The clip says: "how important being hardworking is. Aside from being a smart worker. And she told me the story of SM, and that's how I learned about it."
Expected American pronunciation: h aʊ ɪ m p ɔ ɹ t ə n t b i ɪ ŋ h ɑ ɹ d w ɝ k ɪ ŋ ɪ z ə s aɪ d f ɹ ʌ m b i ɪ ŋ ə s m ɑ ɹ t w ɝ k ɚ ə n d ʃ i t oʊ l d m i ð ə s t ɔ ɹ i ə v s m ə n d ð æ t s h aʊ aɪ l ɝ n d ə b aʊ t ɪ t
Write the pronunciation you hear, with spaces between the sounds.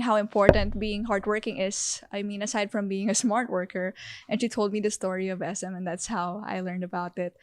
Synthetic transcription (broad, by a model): h aʊ ɪ m p ɔ ɹ t ə n t b i ɪ ŋ h ɑ ɹ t w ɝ k ɪ ŋ ɪ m ə s aɪ d f ɹ ʌ m b i ɪ ŋ ə s m ɑ ɹ t w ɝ k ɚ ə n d ʃ i t oʊ l d m i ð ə s t ɔ ɹ i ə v s m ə n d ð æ t s h aʊ aɪ l ɝ n d ə b aʊ t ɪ t